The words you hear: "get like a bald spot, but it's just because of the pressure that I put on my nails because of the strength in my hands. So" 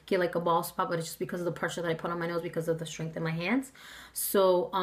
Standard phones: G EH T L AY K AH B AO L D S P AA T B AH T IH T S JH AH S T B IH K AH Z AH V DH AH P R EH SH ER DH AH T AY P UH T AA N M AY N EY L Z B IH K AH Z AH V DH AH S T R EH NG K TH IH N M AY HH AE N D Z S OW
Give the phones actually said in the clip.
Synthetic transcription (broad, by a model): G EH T L AY K AH B AO L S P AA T B AH T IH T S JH AH S B IH K AH Z AH V DH AH P R EH SH ER DH AH T AY P UH T N M AY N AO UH Z B IH K AH Z AH V DH AH S T R EH NG K TH IH N M AY HH AE N D Z S OW